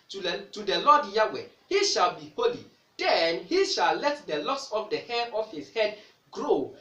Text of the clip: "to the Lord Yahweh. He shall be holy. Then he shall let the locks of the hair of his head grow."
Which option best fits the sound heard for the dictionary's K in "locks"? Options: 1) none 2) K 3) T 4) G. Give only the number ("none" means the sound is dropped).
1